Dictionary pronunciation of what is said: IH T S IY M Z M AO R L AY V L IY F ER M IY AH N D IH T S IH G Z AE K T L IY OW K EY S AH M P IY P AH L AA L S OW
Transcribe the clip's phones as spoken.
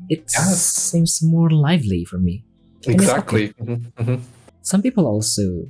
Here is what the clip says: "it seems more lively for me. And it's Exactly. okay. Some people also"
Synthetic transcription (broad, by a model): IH T S IY M Z M AO R L AY V L IY F ER M IY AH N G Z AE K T L IY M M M S AH M P IY P L AA L S OW